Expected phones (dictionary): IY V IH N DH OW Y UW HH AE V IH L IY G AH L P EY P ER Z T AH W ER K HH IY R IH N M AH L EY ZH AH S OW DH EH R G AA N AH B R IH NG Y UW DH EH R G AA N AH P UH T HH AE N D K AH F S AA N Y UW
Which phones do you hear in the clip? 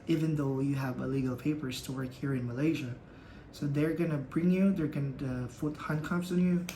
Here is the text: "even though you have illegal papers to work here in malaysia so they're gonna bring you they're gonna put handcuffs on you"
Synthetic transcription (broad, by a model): IY V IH N DH OW Y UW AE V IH L IY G L P EY P ER Z T AH W ER K HH IY R IH N M AH L EY ZH AH S OW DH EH R G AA N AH B R IH NG Y UW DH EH R G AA N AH F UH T HH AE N K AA P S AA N Y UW